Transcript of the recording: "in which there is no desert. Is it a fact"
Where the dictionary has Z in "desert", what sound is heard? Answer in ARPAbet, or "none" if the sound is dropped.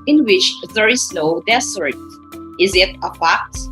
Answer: S